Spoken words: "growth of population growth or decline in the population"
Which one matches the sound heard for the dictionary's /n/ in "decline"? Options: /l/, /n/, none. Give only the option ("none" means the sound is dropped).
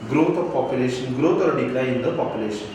none